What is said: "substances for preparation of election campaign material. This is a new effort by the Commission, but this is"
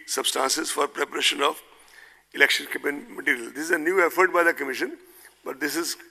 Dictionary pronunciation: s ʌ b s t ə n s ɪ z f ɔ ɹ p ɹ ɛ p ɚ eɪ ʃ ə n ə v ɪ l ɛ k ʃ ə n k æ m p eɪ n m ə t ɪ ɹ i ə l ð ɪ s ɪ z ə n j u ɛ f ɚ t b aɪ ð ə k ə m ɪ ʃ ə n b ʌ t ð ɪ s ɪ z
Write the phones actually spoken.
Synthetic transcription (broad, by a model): s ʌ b s t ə n s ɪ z f ɔ ɹ p ɹ ɛ p ɚ eɪ ʃ ə n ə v ɪ l ɛ k ʃ ə n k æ p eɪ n m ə t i ɹ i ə l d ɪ s ɪ z ə n j u ɛ f ɚ t b aɪ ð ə k ə m ɪ ʃ ə n b ʌ t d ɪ s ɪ z